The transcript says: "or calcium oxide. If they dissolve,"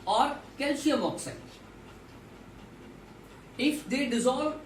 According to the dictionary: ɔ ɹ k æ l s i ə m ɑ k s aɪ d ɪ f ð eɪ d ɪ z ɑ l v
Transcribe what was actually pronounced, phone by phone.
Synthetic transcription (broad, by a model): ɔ ɹ k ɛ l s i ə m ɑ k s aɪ ɪ f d eɪ d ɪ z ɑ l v